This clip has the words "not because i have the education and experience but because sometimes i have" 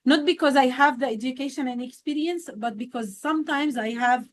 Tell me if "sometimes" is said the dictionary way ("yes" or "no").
yes